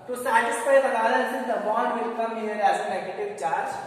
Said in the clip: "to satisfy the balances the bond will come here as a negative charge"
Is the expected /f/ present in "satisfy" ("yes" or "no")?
no